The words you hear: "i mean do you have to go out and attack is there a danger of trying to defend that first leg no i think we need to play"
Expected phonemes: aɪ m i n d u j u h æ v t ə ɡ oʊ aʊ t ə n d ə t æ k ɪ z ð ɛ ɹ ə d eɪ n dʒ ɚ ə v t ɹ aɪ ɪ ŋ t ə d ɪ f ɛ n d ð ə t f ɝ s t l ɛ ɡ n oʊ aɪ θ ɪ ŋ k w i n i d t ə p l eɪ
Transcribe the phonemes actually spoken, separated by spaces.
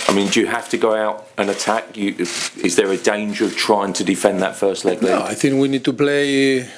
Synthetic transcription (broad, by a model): aɪ m i n d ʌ j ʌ h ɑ f t ə ɡ oʊ aʊ t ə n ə t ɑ k ɪ z ð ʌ ɹ ə d eɪ n dʒ ɚ ə v t ɹ aɪ ɪ ŋ t ə d ɪ f ɛ n ð ə t f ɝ s t l ɛ ɡ l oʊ aɪ θ ɪ ŋ k w i n i d t ə p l eɪ